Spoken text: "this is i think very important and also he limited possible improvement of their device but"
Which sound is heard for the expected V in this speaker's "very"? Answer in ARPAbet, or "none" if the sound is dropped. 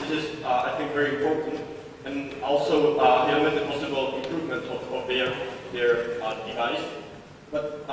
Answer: V